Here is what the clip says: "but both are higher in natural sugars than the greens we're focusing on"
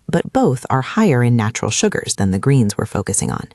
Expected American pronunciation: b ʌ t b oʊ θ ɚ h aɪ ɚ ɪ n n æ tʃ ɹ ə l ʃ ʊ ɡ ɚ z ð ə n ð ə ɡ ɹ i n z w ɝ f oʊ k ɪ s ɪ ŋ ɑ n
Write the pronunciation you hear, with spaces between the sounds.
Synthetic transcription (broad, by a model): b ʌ t b oʊ θ ɚ h aɪ ɚ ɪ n n æ tʃ ɹ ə l ʃ ʊ ɡ ɚ z ð ə n ð ə ɡ ɹ i n z w ɝ f oʊ k ɪ s ɪ ŋ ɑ n